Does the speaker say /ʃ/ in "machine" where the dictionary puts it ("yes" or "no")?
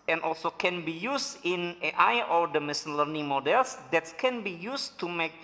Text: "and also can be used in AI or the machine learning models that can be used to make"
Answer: no